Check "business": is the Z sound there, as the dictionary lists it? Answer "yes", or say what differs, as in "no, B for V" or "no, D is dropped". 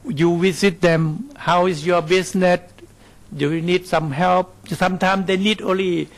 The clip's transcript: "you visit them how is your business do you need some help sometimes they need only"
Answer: no, S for Z